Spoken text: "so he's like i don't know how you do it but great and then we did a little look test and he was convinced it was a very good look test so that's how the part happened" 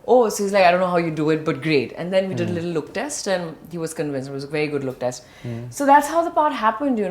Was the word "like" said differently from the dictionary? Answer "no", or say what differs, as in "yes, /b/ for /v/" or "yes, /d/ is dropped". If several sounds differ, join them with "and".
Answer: yes, /k/ is dropped